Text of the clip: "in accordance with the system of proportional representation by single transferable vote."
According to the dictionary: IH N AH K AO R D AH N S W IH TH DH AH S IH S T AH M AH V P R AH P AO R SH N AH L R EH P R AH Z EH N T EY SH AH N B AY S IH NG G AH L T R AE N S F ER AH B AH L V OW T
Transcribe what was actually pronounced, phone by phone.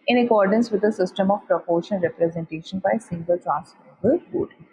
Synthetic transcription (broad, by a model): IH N AH K AO R D AH N S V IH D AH S IH S T AH M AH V P R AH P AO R SH AH N R EH P R AH Z EH N T EY SH AH N B AY S IH NG G AH L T R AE N S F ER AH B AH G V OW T